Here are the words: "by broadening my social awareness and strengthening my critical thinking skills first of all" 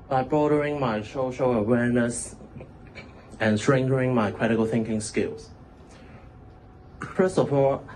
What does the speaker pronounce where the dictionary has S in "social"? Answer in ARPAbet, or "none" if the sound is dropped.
SH